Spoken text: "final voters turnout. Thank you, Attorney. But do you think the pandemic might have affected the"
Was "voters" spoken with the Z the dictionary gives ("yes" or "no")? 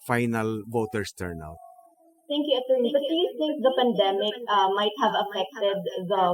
no